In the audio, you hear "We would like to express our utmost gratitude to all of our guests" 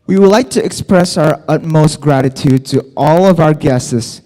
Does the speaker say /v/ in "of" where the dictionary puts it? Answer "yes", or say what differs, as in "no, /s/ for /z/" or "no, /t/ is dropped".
yes